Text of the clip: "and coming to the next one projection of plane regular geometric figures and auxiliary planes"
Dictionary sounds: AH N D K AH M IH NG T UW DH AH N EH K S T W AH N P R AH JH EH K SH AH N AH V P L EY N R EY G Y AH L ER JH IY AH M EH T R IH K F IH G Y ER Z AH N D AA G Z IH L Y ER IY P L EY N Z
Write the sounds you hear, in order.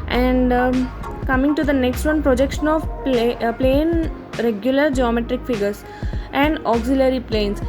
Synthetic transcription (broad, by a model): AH N D K AH M IH NG T UW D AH N EH K S T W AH N P R AH JH EH K SH AH N AH V P L EY N R EY G Y AH L ER JH IY AH M EH T R IH K F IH G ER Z AH N D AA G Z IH L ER IY P L EY N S